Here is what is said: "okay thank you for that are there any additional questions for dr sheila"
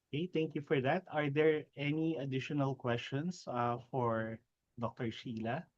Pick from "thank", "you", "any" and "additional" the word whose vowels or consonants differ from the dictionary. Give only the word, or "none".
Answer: thank